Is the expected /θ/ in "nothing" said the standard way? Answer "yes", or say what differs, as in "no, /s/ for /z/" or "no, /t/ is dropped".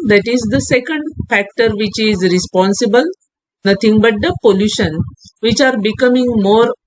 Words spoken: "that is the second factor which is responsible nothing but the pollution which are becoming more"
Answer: no, /t/ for /θ/